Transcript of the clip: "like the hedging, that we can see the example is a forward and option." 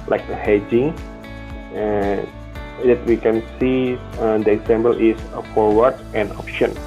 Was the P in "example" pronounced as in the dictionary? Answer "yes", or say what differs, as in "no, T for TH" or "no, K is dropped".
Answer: no, B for P